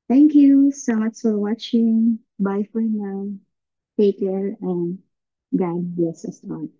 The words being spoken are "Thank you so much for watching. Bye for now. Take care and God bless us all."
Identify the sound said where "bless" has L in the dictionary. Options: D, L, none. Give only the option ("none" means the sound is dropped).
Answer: none